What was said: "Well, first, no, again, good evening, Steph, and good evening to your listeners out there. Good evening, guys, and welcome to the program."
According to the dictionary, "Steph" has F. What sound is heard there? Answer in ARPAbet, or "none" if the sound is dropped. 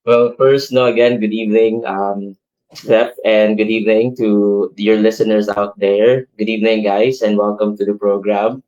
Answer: P